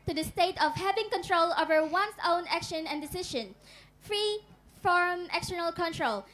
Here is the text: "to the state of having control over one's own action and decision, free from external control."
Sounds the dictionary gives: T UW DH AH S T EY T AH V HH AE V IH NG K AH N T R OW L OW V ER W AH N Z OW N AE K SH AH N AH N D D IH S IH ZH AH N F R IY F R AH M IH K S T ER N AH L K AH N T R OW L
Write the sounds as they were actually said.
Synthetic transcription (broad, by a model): T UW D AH S T EY T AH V HH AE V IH NG K AH N T R OW L OW V ER W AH N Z OW N AE K SH AH N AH N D D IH S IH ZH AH N F R IY F R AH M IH K S T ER N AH L K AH N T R OW L